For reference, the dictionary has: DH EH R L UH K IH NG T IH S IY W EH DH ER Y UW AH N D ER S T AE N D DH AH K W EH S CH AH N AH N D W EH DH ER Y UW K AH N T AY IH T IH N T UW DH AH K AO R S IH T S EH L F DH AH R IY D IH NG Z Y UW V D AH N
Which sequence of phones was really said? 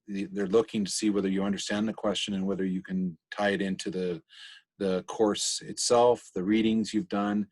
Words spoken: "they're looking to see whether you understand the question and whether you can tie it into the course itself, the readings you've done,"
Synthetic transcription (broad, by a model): DH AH R L UH K IH NG T IH S IY W EH DH ER Y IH AH N D ER S T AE N DH AH K W EH S CH AH N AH N W EH DH ER Y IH K AH N T AY IH T IH N T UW DH AH K AO R S IH T S EH L F DH AH R IY D IH NG Z Y UW V D AH N